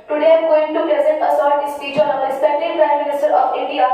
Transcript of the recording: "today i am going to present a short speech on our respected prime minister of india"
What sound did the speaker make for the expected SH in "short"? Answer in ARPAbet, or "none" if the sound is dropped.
S